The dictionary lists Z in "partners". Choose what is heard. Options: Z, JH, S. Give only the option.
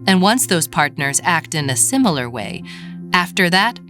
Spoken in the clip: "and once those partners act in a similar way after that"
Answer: Z